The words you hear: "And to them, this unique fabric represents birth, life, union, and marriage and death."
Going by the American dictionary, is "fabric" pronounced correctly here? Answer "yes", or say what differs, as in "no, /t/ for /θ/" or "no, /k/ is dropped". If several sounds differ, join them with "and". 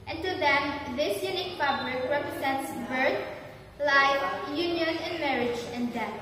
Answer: no, /p/ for /f/ and /l/ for /ɹ/